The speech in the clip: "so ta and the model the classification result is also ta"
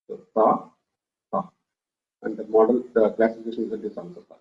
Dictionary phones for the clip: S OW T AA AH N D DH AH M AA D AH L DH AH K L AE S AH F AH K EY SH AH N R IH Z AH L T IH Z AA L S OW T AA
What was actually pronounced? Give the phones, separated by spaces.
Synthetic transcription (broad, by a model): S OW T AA AH N D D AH M AA D AH L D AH K L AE S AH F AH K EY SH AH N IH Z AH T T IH S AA N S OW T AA